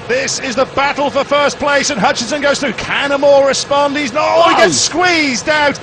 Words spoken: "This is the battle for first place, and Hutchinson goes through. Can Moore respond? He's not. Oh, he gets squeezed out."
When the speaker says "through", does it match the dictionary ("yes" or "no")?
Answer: yes